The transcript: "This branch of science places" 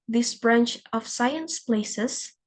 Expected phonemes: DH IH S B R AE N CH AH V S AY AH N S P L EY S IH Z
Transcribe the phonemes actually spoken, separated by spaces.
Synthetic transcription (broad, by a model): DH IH S B R AE N CH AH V S AY AH N S P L EY S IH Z